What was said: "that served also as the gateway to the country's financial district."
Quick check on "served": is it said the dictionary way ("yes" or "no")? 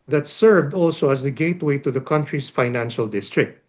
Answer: yes